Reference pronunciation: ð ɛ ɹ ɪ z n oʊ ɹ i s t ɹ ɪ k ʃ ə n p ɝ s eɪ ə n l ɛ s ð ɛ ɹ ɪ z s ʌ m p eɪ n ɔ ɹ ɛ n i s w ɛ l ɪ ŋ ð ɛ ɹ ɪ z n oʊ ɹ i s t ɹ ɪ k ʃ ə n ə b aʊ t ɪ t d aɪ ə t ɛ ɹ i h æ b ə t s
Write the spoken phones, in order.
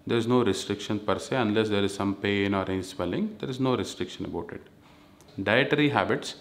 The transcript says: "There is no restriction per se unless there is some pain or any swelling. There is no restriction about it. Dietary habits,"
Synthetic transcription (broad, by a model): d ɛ ɹ ɪ z n oʊ ɹ i s t ɹ ɪ k ʃ ə n p ɝ s eɪ ə n l ɛ s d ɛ ɹ ɪ z s ʌ m p eɪ n ɔ ɹ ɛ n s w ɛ l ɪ ŋ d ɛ ɹ ɪ z n oʊ ɹ i s t ɹ ɪ k ʃ ə n ə b aʊ t ɪ t d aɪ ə t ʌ ɹ i h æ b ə t s